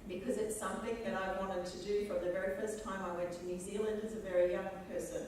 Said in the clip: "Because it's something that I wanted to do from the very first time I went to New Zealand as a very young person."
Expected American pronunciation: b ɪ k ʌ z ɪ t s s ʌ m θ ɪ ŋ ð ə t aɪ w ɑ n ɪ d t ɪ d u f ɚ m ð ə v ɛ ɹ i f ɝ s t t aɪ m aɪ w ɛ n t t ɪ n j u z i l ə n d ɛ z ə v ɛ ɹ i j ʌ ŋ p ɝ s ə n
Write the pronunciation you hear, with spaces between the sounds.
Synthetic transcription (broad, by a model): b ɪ k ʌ z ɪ t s s ʌ m θ ɪ ŋ ð ə t aɪ w ɑ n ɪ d t ɪ d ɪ f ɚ ð ə v ɛ ɹ i f ɝ s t t aɪ m aɪ w ɛ n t t ɪ n j u z i l ə n d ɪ z ə v ɛ ɹ i j ʌ ŋ p ɝ s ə n